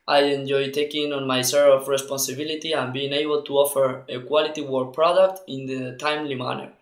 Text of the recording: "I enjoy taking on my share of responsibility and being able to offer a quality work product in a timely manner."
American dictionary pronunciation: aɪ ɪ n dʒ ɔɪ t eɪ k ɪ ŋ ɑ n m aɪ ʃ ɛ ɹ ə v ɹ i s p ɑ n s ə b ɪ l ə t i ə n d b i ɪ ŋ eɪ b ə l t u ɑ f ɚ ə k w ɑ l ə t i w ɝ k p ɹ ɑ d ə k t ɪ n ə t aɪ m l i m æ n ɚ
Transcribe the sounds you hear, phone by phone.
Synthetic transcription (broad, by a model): aɪ ɪ n dʒ ɔɪ t eɪ k ɪ ŋ ɑ n m aɪ s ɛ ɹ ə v ɹ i s p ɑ n s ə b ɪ l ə t i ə n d b i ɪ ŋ eɪ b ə l t u ɑ f ɚ ə k w ɑ l ə t i w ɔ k p ɹ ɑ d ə k t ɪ n ə t aɪ m l i m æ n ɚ